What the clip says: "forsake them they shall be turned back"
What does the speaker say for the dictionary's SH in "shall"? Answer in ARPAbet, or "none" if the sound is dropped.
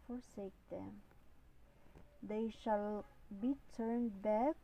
SH